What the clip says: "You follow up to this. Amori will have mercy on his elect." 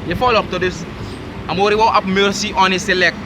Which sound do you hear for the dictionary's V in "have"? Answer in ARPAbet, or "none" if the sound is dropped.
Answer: P